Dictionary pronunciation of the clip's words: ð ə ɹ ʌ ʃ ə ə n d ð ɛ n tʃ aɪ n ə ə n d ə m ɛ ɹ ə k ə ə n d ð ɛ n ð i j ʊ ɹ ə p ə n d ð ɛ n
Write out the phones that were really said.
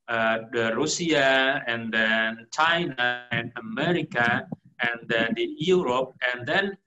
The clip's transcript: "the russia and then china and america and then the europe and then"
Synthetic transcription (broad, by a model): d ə ɹ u s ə ə n d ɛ n tʃ aɪ n ə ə n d ə m ɛ ɹ ə k ə ə n d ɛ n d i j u ɹ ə p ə n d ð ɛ n